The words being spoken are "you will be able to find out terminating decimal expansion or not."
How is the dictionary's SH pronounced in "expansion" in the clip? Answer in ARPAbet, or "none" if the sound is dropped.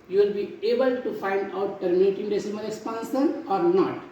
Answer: S